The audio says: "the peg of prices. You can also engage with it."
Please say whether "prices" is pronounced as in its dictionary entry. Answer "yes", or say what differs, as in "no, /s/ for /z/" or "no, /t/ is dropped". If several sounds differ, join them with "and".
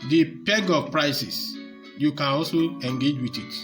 no, /s/ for /z/